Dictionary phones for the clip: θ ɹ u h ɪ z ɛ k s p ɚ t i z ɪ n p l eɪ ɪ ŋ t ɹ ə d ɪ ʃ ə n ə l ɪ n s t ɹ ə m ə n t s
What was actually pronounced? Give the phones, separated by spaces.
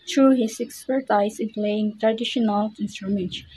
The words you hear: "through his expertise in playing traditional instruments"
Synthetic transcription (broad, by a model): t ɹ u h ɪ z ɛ k s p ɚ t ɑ ɪ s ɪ l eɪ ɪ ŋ t ɹ ə d ɪ ʃ ə n ə l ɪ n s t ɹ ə m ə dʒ